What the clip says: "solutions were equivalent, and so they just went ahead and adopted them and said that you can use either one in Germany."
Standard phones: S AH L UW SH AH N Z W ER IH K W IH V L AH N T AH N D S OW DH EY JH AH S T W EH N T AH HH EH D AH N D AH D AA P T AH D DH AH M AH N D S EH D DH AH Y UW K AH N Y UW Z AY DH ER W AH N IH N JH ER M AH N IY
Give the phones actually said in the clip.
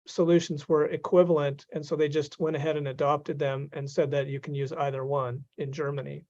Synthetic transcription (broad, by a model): S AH L UW SH N Z W ER IH K W IH V L AH N T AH N S OW DH EY JH AH S T W EH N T AH HH EH D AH N AH D AA P T AH D DH AH M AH N S EH D DH AH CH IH K N Y UW Z AY DH ER W AH N IH N JH ER M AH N IY